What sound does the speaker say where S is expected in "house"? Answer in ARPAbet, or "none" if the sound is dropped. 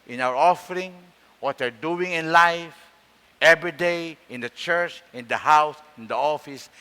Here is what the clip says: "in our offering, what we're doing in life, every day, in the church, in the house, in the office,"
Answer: S